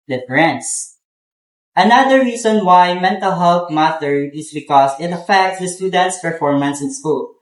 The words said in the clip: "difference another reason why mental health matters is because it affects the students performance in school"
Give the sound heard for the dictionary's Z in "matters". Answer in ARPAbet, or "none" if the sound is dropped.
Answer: none